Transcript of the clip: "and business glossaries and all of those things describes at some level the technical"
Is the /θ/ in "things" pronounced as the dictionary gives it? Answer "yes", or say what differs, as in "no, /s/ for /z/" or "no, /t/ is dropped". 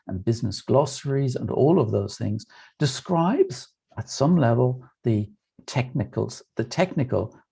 yes